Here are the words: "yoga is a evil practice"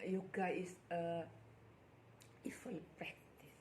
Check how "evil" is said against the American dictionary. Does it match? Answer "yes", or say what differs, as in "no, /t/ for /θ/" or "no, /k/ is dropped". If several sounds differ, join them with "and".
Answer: no, /f/ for /v/